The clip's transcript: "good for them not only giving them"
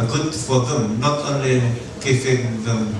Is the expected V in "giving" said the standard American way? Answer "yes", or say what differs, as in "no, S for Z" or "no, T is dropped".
no, F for V